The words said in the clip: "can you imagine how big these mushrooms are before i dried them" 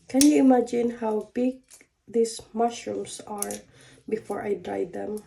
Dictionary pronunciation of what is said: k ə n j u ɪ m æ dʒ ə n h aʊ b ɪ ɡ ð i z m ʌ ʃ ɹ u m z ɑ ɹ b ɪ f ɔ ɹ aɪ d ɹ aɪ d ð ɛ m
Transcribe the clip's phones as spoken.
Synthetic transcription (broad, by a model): k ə n j u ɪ m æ dʒ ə n h aʊ b ɪ ɡ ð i s m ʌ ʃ ɹ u m s ɑ ɹ b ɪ f ɔ ɹ aɪ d ɹ aɪ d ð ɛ m